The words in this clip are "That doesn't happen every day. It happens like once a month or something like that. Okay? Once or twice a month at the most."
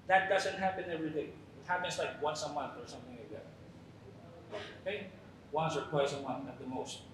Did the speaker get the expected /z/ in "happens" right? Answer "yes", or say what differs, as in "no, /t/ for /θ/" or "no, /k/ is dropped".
no, /s/ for /z/